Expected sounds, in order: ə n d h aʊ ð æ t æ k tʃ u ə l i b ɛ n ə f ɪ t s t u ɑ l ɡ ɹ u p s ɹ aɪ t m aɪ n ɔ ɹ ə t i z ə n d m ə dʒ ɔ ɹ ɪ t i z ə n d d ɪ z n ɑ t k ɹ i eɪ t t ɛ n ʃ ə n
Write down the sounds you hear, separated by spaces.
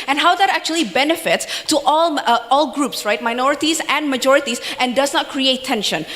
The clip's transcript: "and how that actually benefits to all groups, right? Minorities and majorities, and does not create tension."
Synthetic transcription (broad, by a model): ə n h aʊ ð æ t æ k tʃ u ə l i b ɛ n ə f ɪ t s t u ɑ l ɡ ɹ u p s ɹ aɪ t m aɪ n ɔ ɹ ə t i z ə n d m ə dʒ ɔ ɹ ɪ t i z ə n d d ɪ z n ɑ t k ɹ i eɪ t t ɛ n ʃ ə n